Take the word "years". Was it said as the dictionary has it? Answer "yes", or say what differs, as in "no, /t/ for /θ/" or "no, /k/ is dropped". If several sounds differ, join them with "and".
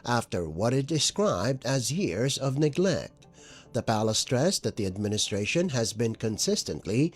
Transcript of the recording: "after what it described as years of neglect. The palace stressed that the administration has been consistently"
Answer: yes